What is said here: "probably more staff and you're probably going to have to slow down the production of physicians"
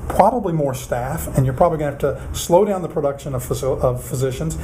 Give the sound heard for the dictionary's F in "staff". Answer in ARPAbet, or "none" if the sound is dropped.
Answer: F